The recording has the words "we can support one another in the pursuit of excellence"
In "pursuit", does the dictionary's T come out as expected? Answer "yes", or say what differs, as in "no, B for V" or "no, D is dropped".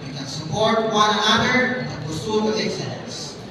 no, T is dropped